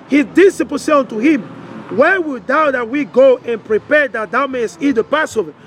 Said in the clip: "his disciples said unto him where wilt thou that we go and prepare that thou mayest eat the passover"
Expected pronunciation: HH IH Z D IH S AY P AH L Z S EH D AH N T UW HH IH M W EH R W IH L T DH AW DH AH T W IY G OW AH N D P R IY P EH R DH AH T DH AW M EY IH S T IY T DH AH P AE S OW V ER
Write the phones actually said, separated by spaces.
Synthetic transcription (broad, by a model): HH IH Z D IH S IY P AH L S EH AH N T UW HH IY M W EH W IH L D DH AW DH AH T W IY G OW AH N P R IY P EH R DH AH T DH AW M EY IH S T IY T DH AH P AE S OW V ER